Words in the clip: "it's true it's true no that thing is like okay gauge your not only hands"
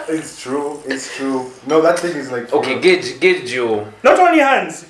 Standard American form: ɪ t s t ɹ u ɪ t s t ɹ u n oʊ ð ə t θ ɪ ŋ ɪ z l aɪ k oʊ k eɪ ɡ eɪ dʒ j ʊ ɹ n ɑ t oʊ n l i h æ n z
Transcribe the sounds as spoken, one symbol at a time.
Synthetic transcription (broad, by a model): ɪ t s t ɹ u ɪ t s t ɹ u n oʊ ð ə t θ ɪ ŋ ɪ z l aɪ k oʊ k eɪ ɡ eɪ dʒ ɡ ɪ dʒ n ɑ t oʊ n i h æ n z